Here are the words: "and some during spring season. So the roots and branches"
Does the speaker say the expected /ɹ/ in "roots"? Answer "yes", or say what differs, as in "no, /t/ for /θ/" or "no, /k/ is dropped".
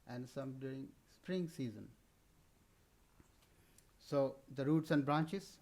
yes